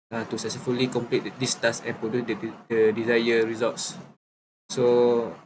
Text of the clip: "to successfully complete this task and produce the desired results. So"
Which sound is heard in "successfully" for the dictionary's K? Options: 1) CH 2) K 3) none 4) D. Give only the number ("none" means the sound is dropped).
3